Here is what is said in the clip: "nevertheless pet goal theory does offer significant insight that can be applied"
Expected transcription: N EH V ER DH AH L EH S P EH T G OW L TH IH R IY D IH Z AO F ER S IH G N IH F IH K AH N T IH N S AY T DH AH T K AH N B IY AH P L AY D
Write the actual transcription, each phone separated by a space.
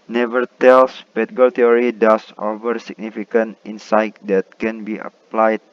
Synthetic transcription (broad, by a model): N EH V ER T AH L S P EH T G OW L T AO R IY D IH S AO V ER S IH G N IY F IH K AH N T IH N S AY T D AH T K AH N B IY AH P L AY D